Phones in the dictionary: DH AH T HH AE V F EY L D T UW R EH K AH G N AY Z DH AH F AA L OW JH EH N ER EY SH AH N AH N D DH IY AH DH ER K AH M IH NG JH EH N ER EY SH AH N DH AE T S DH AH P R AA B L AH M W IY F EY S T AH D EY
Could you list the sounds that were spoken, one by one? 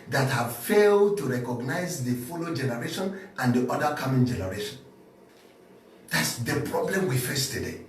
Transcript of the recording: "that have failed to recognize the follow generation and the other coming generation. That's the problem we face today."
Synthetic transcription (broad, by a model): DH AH T HH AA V F EY L D T UW R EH K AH G N AY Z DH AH F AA L OW JH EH N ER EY SH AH N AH N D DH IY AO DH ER K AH M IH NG JH EH N ER EY SH AH N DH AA T S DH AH P R AA B L AH M W IY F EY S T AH D EY